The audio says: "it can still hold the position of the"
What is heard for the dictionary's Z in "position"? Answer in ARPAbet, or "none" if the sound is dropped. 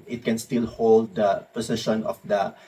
S